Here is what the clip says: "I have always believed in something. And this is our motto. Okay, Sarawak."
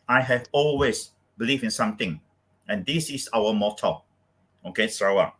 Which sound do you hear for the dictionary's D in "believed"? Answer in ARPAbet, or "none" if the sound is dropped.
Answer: none